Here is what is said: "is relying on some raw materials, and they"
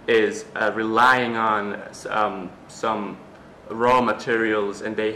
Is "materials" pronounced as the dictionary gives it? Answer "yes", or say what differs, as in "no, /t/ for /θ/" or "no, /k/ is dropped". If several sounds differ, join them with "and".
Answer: yes